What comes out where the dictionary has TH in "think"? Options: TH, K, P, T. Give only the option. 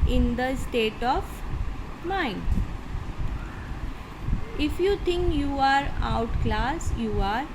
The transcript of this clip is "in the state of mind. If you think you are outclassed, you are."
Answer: T